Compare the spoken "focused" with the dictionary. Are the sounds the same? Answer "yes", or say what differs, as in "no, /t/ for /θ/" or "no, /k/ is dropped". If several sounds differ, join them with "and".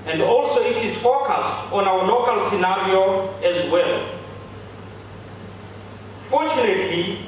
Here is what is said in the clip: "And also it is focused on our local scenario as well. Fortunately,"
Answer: yes